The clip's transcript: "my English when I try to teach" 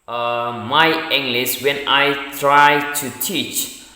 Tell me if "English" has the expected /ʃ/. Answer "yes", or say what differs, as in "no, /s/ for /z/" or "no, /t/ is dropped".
no, /s/ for /ʃ/